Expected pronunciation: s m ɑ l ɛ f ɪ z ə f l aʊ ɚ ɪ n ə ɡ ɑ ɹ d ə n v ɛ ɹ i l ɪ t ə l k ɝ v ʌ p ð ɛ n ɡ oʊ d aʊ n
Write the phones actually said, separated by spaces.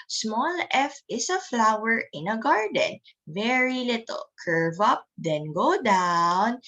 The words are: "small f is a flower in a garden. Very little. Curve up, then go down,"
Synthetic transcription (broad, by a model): s m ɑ l ɛ f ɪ s ə f l aʊ ɚ ɪ n ə ɡ ɑ ɹ d ə n v ɛ ɹ i l ɪ t ə l k ɝ v ʌ p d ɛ n ɡ oʊ d aʊ n